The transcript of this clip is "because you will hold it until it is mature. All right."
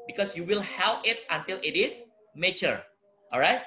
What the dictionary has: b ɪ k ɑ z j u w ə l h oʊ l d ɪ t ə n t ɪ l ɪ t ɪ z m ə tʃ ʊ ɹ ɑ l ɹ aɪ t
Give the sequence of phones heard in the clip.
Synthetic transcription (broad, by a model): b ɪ k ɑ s j u w ə l h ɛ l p ɪ t ə n t ɪ l ɪ t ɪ s m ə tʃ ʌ ɹ ɑ l ɹ aɪ t